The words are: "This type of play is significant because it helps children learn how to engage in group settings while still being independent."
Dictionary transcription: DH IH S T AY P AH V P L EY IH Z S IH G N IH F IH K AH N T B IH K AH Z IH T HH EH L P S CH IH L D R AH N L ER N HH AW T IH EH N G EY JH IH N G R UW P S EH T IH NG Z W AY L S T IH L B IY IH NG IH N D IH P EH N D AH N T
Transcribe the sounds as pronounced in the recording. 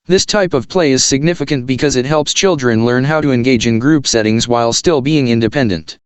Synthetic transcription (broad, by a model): DH IH S T AY P AH V P L EY IH Z S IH G N IH F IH K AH N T B IH K AH Z IH T HH EH L P S CH IH L D R AH N L ER N HH AW T IH EH N G EY JH IH N G R UW P S EH T IH NG Z W AY L S T IH L B IY IH NG IH N D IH P EH N D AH N T